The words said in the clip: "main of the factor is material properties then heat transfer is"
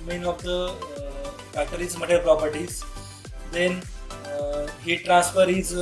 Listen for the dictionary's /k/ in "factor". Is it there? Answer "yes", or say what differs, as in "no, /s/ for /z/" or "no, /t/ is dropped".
no, /k/ is dropped